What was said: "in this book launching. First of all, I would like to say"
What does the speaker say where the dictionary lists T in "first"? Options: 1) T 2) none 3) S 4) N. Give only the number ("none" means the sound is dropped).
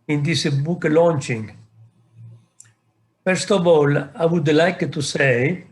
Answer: 1